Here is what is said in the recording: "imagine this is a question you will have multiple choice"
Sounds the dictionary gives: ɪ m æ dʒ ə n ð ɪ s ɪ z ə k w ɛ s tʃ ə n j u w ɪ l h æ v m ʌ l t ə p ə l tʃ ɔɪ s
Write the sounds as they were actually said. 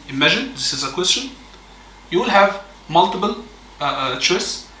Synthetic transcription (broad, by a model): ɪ m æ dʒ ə n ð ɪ s ɪ z ə k w ɛ s tʃ ə n j u w ɪ l h æ v m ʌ l t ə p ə l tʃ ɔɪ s